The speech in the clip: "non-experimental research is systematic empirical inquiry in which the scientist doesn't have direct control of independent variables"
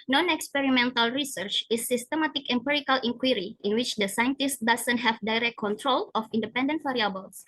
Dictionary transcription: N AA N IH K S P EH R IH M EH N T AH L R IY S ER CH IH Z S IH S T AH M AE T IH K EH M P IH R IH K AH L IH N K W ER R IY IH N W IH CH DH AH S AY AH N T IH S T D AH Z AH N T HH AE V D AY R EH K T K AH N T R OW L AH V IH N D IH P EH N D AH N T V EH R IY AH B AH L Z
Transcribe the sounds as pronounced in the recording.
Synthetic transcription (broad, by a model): N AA N IH K S P EH R IH M EH N T AH L R IY S ER CH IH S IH S T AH M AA T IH K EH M P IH R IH K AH L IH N K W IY R IY IH N W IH CH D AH S AY AH N T IH S T D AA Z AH N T HH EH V D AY R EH K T K AH N T R OW L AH F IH N D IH P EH N D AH N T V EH R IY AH B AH L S